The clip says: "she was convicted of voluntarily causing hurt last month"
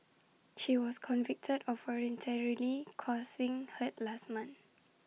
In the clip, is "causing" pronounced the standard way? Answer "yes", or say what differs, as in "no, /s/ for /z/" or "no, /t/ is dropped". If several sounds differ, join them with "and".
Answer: no, /s/ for /z/